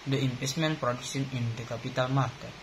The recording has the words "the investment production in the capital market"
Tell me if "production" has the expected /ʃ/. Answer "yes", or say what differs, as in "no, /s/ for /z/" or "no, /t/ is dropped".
no, /s/ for /ʃ/